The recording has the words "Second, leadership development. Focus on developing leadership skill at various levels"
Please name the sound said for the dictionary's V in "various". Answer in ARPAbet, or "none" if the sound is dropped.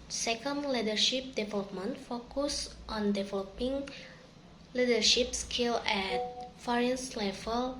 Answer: F